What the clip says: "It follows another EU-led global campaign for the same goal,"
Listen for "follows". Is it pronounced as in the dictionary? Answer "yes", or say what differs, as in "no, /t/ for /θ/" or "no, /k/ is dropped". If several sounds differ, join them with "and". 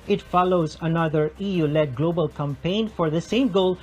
yes